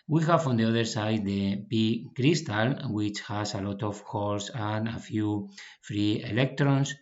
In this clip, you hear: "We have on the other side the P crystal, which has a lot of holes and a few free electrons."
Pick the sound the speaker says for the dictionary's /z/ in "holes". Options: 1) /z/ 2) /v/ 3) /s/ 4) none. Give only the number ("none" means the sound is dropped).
3